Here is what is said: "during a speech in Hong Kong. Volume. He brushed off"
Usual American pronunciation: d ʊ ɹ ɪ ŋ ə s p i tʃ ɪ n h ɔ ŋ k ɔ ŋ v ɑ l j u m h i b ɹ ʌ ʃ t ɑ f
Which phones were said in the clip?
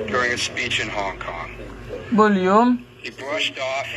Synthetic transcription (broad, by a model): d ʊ ɹ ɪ ŋ ə s p i tʃ ɪ n h ɔ ŋ k ɔ ŋ b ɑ l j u m h i b ɹ ʌ ʃ t ɑ f